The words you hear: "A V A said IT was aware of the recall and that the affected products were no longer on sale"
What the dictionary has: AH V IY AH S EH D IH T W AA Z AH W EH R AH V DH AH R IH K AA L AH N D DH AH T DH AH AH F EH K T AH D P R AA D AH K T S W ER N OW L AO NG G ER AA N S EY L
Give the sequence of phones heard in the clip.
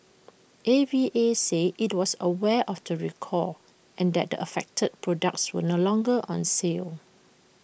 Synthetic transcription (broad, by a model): AH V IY AH S EH IH T W AA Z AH W EH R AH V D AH R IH K AA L AH N D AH T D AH AH F EH K T AH D P R AA D AH K T S W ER N OW L AO NG G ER AA N S EY L